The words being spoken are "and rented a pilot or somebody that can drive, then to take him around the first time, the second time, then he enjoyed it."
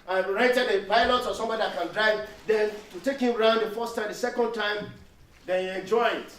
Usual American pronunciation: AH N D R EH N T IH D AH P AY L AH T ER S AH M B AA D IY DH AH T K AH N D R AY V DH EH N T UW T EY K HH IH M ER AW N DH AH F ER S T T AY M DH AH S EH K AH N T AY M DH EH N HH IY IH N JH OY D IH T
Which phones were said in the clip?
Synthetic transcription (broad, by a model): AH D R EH T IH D AH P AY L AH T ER S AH M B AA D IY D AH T K AH N D R AY V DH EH N T UW T EY K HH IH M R AW N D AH F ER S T T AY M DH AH S EH K AH N T AY M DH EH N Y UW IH N JH OY IH T